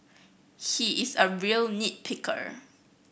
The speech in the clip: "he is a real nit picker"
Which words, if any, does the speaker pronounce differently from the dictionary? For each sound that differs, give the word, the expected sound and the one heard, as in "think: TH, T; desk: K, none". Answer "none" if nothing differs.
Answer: none